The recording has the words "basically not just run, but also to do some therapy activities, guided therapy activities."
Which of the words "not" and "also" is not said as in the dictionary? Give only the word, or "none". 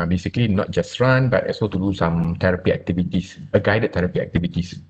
also